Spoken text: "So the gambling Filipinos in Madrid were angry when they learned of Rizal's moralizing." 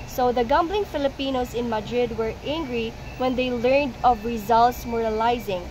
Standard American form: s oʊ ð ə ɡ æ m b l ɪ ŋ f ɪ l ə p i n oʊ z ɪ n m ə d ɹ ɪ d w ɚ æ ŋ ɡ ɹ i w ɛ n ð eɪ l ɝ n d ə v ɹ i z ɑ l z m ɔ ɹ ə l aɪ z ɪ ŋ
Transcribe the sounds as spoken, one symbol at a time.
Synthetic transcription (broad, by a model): s oʊ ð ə ɡ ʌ m b l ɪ ŋ f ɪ l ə p i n oʊ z ɪ n m ə d ɹ ɪ d w ɚ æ ŋ ɡ ɹ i w ɛ n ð eɪ l ɝ n d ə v ɹ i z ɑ l s m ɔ ɹ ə l aɪ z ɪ ŋ